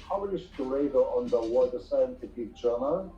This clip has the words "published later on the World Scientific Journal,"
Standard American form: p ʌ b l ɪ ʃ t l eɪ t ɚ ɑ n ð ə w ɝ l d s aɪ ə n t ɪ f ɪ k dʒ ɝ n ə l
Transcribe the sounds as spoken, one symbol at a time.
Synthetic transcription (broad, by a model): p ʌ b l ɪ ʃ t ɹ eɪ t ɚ ɑ n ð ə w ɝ d s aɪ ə n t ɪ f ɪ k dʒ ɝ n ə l